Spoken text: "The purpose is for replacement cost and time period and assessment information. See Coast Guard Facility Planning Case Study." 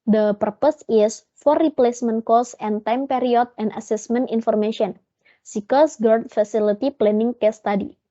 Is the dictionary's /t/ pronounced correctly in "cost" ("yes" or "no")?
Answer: no